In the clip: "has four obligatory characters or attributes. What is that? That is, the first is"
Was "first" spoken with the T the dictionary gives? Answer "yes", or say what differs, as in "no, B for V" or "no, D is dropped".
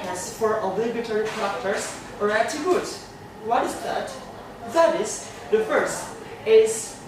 yes